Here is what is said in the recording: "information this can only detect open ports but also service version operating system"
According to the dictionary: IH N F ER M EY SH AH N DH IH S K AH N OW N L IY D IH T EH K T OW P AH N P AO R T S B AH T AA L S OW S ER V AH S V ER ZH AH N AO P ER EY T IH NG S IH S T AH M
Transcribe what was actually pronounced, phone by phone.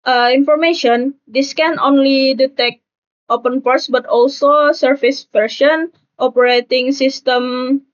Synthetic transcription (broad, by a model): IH N F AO M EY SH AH N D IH S K AH N OW N L IY D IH T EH K T OW P AH N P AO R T S B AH T AA L S OW S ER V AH S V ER SH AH N AO P ER EY T IH NG S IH S T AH M